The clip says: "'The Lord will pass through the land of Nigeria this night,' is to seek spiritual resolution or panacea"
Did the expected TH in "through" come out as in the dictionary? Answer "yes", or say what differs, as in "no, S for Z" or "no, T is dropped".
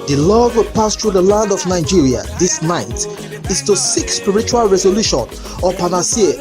no, T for TH